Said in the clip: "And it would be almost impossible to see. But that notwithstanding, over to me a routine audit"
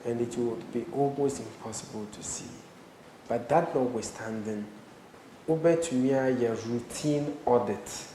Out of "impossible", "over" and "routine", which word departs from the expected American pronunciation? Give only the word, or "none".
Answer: over